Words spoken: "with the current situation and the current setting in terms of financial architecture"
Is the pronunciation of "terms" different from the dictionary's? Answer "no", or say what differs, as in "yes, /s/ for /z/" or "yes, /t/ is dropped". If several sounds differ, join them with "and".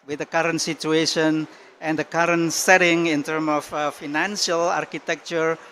yes, /z/ is dropped